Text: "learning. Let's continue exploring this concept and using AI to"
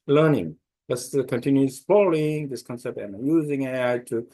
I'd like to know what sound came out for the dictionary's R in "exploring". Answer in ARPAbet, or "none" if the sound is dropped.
none